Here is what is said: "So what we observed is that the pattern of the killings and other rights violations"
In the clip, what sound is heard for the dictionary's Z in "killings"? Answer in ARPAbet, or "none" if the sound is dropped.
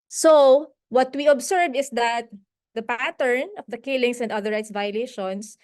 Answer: S